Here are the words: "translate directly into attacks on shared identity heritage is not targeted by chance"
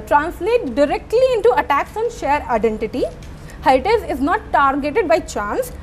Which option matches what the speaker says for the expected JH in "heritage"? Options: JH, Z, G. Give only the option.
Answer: Z